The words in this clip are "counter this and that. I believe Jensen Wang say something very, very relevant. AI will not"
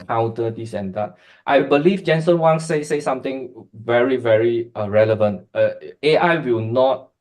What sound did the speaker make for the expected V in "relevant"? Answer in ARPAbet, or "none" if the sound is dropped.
V